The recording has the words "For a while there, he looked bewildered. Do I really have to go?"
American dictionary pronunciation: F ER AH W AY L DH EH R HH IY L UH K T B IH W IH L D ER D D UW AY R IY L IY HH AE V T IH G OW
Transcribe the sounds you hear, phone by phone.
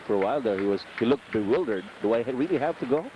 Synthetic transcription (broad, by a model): F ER AH W AY L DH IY W HH IY L UH K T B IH W IH L D ER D D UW AY R IY L IY HH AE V T IH G OW